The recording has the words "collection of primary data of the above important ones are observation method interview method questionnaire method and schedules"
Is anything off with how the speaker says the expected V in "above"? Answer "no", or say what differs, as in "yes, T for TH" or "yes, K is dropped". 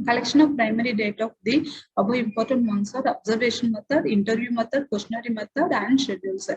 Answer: yes, V is dropped